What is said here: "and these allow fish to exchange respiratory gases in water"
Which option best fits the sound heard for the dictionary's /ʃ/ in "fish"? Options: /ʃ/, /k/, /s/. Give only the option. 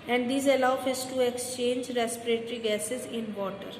/s/